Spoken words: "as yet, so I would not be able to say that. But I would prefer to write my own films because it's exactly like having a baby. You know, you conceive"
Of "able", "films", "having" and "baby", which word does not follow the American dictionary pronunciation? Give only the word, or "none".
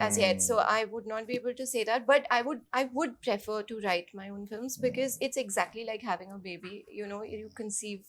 none